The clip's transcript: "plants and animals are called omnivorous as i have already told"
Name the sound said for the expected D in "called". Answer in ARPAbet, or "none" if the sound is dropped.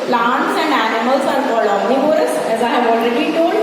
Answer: none